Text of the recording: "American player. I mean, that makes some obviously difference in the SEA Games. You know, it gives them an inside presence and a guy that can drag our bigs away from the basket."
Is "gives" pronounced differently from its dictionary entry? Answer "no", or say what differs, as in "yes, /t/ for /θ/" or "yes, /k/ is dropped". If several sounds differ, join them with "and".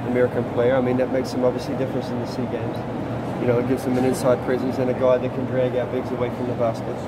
no